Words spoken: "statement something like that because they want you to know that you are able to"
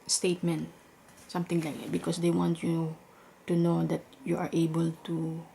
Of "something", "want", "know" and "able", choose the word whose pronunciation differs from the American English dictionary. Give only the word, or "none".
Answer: something